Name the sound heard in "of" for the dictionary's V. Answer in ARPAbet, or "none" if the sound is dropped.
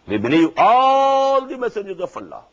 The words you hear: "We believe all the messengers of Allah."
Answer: F